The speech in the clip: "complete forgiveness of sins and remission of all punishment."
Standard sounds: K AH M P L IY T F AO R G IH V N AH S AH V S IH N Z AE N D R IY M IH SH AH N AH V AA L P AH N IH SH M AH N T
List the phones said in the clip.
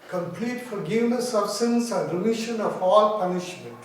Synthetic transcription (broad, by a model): K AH M P L IY T F AO R G IH V N AH S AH B S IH N S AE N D R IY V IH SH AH N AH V AA L P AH N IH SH M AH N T